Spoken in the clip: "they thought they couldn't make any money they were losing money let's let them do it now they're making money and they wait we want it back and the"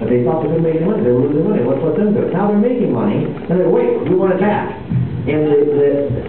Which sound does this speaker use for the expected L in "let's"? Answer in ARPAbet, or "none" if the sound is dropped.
W